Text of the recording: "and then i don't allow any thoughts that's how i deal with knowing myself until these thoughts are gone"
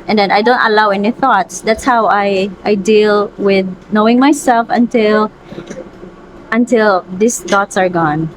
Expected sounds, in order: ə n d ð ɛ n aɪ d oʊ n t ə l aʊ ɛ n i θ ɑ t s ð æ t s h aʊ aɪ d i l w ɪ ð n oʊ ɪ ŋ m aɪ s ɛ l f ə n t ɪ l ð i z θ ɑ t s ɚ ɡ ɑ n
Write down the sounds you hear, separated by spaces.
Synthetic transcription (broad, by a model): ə n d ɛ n aɪ d oʊ n t ə l aʊ ɛ n i θ ɑ t s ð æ t s h aʊ aɪ d i l w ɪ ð n oʊ ɪ ŋ m aɪ s ɛ l f ə n t ɪ l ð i s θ ɑ t s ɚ ɡ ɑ n